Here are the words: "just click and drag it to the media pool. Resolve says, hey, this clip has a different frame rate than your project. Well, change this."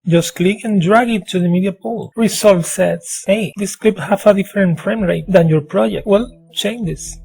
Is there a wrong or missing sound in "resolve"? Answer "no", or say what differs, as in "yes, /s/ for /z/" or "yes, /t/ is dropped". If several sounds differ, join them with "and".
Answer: yes, /s/ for /z/